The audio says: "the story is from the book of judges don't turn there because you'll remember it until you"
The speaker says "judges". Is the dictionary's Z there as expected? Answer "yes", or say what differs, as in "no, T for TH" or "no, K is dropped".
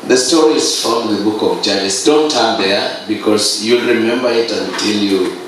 no, S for Z